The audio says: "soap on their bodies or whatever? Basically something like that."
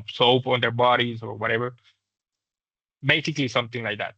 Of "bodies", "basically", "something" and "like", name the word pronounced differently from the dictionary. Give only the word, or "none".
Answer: something